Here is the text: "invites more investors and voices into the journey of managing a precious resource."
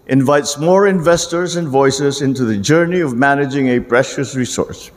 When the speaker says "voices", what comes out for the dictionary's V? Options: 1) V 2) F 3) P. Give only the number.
1